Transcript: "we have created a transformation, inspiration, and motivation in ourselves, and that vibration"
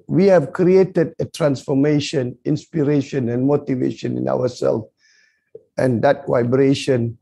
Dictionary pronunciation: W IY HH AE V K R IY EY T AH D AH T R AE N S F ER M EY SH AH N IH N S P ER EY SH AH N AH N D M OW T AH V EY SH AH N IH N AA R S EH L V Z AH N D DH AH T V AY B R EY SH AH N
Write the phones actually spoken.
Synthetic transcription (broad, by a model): W IY HH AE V K R IY EY T AH D AH T R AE N S F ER M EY SH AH N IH N S P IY EY SH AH N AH N M OW T AH V EY SH AH N IH N AA W S EH L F AH N D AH T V AY B R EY SH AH N